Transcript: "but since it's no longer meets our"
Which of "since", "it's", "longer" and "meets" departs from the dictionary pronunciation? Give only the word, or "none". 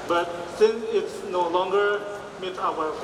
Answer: meets